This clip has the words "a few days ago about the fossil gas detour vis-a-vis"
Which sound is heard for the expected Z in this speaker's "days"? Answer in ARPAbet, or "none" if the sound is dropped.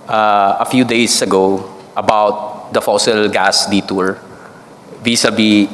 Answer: S